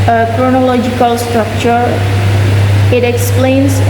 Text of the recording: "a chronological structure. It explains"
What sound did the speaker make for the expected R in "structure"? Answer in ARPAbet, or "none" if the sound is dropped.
R